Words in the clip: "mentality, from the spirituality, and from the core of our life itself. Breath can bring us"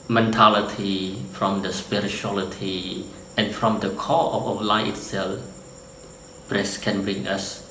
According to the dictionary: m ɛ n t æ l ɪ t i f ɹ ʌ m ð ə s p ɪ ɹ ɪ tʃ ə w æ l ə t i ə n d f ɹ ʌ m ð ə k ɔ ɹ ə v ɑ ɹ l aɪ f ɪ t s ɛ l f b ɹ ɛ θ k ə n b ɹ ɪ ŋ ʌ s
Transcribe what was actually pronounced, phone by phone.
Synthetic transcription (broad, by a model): m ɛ n t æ l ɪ t i f ɹ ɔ m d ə s p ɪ ɹ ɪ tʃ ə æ l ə t i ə n f ɹ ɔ m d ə k ɔ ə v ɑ l aɪ ɪ t s ɛ l f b ɹ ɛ s k ə n b ɹ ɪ ŋ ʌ s